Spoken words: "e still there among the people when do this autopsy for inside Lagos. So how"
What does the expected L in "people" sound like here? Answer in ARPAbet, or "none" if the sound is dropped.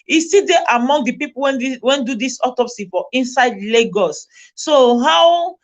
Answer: N